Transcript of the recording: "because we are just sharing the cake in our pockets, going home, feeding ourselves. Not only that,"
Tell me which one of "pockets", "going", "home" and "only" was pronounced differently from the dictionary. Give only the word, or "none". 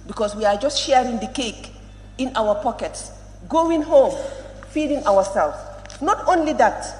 none